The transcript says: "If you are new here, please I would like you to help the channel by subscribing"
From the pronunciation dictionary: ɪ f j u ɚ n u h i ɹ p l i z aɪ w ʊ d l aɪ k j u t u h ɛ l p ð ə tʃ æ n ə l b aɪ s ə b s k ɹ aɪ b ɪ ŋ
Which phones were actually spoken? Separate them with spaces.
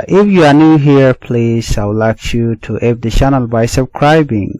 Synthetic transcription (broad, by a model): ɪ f j u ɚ n u h i ɹ p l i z aɪ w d l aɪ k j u t u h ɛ p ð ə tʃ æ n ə l b aɪ s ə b s k ɹ aɪ b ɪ ŋ